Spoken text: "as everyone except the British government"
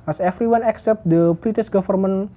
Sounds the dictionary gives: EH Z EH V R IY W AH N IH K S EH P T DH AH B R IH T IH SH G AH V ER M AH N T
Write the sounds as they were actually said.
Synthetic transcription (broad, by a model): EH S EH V R IY W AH N IH K S EH P T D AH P R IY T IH S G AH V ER M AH N